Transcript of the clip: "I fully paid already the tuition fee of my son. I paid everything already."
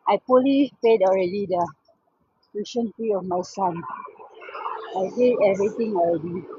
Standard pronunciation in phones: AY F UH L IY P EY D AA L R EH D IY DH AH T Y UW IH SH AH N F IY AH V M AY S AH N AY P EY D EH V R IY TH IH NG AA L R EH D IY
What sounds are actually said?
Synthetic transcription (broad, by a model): AY P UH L IY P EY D AA L R EH D IY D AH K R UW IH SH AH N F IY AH F M AY S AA N AY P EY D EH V R IY T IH NG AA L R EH D IY